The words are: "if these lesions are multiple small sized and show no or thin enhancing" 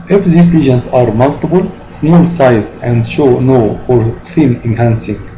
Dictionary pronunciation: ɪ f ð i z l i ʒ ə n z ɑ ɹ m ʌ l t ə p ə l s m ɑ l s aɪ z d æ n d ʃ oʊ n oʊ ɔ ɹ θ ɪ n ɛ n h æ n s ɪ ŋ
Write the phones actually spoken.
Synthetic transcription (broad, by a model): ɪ f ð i s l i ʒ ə n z ɑ ɹ m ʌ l t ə b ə l s m ɑ l s aɪ z d æ n d ʃ oʊ n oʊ ɔ ɹ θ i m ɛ n h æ n s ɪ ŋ